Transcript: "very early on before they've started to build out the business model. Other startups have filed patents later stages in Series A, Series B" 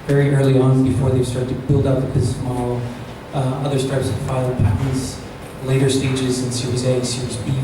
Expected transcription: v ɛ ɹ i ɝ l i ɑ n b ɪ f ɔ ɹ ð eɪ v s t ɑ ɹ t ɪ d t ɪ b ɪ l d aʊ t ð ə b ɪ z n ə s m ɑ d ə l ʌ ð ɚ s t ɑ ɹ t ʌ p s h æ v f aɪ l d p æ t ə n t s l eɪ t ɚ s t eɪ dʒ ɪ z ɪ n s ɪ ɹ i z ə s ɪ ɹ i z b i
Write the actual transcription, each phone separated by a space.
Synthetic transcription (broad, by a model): v ɛ ɹ i ɝ l i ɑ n b ɪ f ɔ ɹ ð eɪ v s t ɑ ɹ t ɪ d t ɪ b ɪ l d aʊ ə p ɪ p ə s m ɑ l ʌ ð ɚ s t ɑ ɹ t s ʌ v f aɪ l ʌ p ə t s l eɪ t ɚ s t eɪ dʒ ɪ z ɪ n s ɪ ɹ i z ə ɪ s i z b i